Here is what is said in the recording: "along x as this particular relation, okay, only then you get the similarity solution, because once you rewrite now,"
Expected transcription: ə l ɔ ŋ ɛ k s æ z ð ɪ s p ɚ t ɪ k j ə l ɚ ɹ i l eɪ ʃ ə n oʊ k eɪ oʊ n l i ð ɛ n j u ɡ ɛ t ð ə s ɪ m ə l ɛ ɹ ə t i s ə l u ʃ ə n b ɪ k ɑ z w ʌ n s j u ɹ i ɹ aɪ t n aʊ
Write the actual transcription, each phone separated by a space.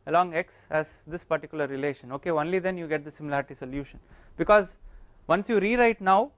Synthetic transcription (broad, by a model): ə l ɔ ŋ ɛ k s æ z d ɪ s p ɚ t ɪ k j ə l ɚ ɹ i l eɪ ʃ ə n oʊ k eɪ oʊ n l i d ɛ n j u ɡ ɛ t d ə s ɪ m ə l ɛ ɹ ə t i s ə l u ʃ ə n b ɪ k ɑ z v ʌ n s j u ɹ i ɹ aɪ t n aʊ